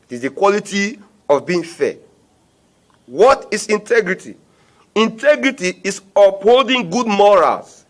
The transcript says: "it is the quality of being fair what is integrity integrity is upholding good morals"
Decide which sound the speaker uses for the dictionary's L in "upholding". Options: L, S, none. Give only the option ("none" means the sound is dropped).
L